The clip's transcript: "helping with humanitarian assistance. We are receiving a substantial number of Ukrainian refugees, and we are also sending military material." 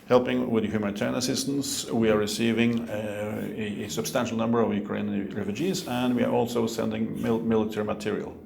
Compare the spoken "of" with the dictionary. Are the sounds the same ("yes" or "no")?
yes